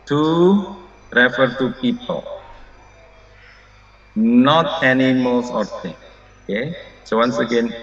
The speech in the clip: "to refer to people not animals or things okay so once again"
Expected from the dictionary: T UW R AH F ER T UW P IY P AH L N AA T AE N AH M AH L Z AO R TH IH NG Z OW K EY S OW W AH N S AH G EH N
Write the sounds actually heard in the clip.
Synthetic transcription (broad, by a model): T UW R AH F ER T UW P IY P AH L N AA T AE N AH M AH L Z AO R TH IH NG OW K EY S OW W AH N S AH G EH N